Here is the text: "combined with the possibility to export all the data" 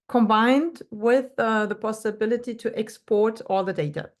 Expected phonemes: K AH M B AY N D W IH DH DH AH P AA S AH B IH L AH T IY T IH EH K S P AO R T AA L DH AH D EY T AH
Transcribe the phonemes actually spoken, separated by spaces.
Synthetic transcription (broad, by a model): K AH M B AY N D W IH DH DH AH P AA S AH B IH L AH T IY T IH EH K S P AO R T AA L DH AH D EY T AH